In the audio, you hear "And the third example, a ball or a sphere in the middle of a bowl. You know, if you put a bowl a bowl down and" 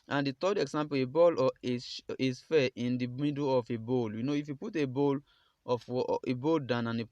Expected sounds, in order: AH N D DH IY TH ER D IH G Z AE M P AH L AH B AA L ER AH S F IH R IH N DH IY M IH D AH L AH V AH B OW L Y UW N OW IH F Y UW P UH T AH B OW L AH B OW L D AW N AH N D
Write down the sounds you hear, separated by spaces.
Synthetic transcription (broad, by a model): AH N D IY T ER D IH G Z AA M P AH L AH B AA L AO AH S F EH IH N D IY M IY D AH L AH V AH B OW L Y UW N OW IH F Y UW P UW T AH B OW L AH B OW L D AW N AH N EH